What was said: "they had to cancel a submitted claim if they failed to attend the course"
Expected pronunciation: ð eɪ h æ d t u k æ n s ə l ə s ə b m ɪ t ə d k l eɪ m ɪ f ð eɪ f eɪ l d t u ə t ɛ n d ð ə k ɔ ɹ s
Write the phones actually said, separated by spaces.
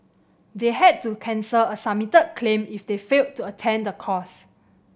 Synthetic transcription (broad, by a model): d eɪ h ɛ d t u k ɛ n s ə l ə s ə m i t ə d k l eɪ m ɪ f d eɪ f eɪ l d t u ə t ɛ n d ə k ɔ s